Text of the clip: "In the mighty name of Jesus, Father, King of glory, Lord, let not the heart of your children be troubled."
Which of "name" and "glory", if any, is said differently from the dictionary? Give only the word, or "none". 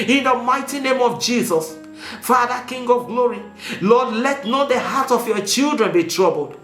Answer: none